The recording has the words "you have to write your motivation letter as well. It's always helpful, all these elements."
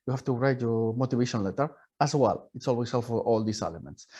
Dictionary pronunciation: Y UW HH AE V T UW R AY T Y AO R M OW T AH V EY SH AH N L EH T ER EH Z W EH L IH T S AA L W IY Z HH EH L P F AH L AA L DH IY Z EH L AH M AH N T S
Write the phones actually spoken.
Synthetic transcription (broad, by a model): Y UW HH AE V T UW R AY T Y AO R M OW T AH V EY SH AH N L EH T ER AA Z W EH L IH T S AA L W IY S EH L F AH AA L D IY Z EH L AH M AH N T S